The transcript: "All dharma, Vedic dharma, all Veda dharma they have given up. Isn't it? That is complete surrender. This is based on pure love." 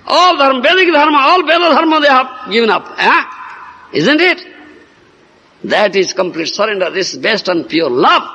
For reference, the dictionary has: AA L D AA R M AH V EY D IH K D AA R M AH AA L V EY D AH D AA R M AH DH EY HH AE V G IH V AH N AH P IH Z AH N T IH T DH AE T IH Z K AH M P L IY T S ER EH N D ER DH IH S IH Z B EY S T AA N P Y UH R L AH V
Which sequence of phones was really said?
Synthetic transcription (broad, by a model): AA L D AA R M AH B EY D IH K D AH R M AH AA L B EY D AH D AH R M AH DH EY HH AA B G IH V AH N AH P IH Z AH N T IH T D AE T IH Z K AH M P L IY T S ER EH N D ER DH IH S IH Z B EY S T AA N P Y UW R L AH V